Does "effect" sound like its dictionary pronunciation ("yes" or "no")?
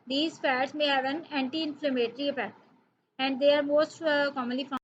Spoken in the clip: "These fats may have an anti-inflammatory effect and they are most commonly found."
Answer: no